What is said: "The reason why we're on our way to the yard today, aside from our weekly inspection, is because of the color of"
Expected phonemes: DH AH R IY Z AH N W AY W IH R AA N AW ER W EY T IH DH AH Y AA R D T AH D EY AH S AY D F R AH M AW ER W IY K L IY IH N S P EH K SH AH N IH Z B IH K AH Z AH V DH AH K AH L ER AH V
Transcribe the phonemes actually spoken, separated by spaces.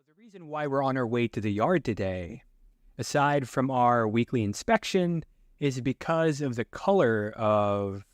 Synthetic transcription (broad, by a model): DH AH R IY Z AH N W AY W IH R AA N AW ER W EY T IH DH AH Y AA R D T AH D EY AH S AY D F R AH M AW ER W IY K L IY IH N S P EH K SH AH N IH Z B IH K AH Z AH V DH AH K AH L ER AH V